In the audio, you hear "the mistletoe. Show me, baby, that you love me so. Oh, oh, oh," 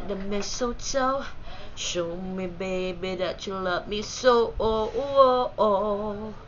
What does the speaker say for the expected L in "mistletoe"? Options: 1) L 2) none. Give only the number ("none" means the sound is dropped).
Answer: 2